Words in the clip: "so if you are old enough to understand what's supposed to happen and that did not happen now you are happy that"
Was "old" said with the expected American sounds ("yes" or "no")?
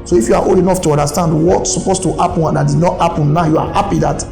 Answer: no